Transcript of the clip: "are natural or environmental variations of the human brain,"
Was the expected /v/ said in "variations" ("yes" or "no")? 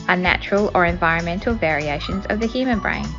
yes